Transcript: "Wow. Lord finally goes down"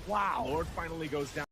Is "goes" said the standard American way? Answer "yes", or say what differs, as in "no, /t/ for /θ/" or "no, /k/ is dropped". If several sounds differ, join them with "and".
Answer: yes